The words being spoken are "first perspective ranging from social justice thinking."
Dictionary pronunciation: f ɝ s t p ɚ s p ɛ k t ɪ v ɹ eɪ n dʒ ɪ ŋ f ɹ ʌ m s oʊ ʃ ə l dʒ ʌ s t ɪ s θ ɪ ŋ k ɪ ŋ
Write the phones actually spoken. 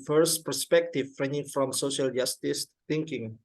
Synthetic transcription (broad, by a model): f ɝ s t p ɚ s p ɛ k t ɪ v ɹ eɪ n ɪ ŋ f ɹ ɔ m s oʊ ʃ ə l dʒ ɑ s t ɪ s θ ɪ ŋ k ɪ ŋ